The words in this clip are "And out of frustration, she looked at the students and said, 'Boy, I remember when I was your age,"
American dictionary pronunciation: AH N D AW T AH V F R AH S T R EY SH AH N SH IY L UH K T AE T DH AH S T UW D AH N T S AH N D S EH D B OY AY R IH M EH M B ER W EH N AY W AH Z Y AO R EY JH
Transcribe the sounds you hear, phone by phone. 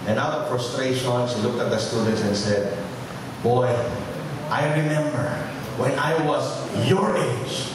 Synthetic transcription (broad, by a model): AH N AW T AH V F R AH S T R EY SH AH N S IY L UH K T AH T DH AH S T UW D AH N T S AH N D S EH D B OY AY R IH M EH M B ER W EH N AY W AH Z Y AO R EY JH